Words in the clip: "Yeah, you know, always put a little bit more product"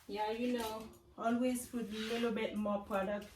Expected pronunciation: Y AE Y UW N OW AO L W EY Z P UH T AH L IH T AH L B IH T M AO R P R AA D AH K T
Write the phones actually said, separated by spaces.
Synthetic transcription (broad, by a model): Y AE Y UW N OW AO L W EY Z F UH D AH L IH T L B IH T M AO P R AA D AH K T